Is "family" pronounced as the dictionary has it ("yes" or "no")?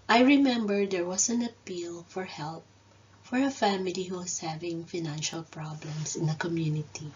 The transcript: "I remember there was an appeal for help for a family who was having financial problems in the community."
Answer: yes